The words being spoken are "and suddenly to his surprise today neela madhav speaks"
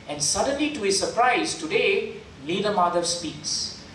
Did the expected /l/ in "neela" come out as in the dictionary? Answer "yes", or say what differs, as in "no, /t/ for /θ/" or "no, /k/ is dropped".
no, /n/ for /l/